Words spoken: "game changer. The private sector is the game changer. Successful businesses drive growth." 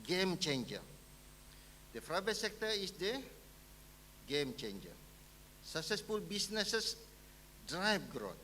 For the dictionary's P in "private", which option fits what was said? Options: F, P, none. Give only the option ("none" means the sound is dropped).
F